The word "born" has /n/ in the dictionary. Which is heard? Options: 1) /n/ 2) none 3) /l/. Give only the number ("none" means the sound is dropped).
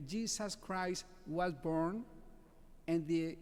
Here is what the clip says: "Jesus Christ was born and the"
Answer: 1